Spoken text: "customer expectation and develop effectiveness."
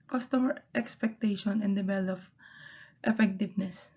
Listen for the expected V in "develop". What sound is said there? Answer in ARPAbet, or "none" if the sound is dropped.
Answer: B